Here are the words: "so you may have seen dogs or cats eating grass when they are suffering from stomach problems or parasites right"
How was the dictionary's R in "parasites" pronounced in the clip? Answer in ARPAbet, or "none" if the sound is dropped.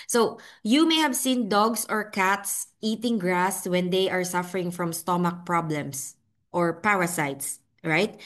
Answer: W